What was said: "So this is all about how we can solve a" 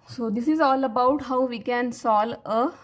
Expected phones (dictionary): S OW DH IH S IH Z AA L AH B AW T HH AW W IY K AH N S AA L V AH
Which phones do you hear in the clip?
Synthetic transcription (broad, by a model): S OW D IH S IH Z AA L AH B AW T HH AW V IY K AH N S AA L AH